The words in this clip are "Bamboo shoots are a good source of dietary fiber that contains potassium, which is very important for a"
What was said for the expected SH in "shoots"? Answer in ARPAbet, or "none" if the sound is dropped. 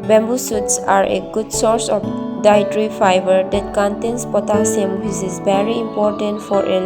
S